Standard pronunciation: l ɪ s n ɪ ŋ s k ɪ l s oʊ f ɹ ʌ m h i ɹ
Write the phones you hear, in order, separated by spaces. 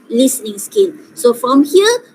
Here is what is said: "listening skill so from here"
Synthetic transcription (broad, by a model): l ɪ s n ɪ ŋ s k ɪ n s oʊ f ɹ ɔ m h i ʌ